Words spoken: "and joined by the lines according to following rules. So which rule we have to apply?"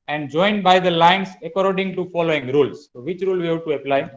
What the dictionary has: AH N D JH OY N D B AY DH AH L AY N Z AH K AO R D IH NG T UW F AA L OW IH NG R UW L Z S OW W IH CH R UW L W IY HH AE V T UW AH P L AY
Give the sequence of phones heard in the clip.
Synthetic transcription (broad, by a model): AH N D JH OY N D B AY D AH L AY N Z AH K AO R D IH NG T UW F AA L OW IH NG R UW L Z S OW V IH CH R UW L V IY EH B T UW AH P L AY